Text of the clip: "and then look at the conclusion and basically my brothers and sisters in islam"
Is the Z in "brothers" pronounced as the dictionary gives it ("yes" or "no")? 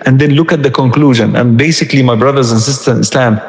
yes